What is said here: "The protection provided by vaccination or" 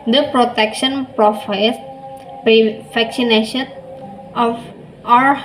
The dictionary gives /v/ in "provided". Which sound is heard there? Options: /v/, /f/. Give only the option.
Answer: /f/